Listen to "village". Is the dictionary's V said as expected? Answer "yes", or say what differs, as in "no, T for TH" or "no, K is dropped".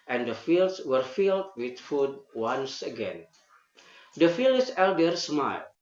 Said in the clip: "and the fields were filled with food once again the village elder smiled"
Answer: no, F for V